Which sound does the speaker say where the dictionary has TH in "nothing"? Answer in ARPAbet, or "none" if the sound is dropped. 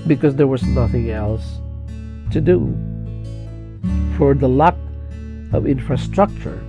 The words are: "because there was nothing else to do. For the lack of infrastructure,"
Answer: TH